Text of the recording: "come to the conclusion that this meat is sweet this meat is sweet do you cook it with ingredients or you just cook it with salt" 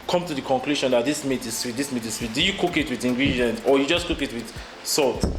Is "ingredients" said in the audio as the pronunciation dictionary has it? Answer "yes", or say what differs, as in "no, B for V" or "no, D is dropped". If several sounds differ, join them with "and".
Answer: no, S is dropped